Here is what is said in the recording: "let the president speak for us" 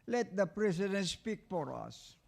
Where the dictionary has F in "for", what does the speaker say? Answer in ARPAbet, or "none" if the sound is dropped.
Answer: P